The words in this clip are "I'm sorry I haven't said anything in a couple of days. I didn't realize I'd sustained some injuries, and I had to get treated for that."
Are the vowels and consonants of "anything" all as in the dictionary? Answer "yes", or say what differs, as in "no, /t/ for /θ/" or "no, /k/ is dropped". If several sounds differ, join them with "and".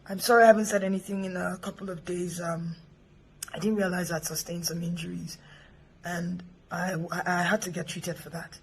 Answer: yes